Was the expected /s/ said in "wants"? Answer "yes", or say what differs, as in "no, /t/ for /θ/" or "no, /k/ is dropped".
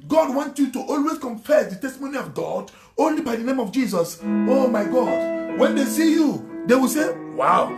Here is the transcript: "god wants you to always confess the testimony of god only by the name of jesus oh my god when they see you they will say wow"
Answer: no, /s/ is dropped